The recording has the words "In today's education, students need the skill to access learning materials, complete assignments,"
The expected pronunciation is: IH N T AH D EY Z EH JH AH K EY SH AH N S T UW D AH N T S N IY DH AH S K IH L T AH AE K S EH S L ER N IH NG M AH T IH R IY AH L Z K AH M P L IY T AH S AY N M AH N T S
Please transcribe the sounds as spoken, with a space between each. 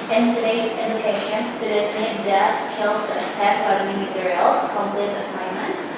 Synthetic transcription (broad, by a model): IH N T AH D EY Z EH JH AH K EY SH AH N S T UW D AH T N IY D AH S K IH L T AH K S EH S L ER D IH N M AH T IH R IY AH L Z K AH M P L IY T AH S AY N M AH N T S